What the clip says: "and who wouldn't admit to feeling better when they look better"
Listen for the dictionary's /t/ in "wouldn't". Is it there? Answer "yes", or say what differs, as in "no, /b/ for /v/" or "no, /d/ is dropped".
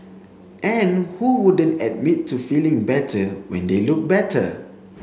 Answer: yes